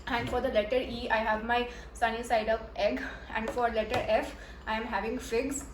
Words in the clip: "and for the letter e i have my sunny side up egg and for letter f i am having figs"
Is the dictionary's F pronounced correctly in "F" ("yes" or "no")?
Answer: yes